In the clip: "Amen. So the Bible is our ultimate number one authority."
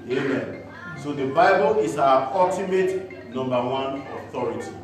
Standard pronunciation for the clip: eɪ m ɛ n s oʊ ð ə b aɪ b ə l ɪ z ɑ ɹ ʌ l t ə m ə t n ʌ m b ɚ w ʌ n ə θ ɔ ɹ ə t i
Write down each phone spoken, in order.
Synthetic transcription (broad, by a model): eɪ m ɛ n s oʊ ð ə b aɪ b ə l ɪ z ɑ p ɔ t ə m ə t n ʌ m b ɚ w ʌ n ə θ ɔ ɹ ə t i